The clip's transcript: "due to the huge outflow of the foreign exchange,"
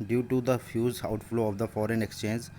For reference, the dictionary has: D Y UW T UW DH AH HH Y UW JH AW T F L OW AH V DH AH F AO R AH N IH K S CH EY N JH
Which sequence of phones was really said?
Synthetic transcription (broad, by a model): D Y UW T UW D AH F Y UW Z AW T F L OW AH V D AH F AO R AH N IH K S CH EY N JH